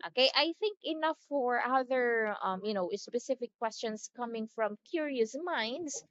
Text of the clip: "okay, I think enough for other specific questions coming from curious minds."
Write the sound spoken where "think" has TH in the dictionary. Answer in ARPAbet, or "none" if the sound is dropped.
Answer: TH